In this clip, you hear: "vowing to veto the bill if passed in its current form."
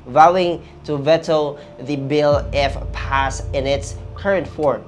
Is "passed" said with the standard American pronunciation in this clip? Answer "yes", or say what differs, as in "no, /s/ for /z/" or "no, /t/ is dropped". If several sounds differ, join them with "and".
no, /t/ is dropped